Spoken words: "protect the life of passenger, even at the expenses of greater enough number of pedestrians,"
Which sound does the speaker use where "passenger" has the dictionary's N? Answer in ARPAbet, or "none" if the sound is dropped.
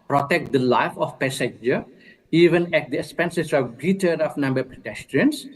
none